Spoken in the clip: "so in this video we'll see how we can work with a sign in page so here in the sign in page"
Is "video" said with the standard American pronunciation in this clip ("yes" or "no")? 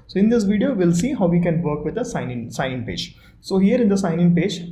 yes